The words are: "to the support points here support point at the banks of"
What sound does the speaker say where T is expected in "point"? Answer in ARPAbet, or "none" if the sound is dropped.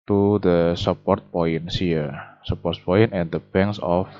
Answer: none